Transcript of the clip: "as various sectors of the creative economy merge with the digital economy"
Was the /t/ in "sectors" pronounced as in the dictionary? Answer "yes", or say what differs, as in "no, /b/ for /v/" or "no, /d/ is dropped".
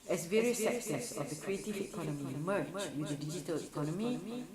no, /s/ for /t/